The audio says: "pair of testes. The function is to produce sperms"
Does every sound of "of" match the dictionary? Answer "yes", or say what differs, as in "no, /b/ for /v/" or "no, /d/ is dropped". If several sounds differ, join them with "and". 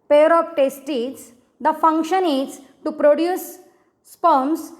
no, /p/ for /v/